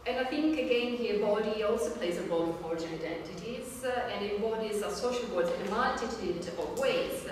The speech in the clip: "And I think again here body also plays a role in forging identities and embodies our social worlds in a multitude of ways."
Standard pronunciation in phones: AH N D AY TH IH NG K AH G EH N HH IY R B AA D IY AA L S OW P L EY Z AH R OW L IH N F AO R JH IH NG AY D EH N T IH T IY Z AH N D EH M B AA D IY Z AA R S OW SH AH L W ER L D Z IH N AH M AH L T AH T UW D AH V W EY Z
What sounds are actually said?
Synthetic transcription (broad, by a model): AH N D AY TH IH NG K AH G EH N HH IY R B AA D IY AA L S OW P L EY Z AH R OW L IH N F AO R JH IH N AY D EH N T IH T IY Z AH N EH B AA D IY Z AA S OW SH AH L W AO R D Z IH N AH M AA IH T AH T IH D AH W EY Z